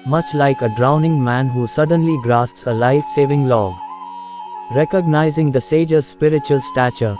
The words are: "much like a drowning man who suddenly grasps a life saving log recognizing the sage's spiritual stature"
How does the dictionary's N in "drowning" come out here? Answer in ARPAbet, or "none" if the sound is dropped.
N